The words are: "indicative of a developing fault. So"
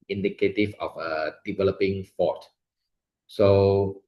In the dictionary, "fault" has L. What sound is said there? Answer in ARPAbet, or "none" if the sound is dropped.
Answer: none